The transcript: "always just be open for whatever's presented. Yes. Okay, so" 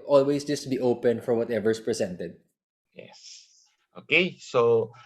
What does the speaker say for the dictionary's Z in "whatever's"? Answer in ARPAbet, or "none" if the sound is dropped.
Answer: S